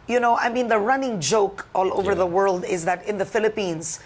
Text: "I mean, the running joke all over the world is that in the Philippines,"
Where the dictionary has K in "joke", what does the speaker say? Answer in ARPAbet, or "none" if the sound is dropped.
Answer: K